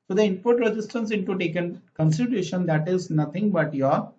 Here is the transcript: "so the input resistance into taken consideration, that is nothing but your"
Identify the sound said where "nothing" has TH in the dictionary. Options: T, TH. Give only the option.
T